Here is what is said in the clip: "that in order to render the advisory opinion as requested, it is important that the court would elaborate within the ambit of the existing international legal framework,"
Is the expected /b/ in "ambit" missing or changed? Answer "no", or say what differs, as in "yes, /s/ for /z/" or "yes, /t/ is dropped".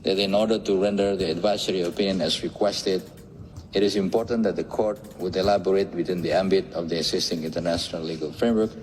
no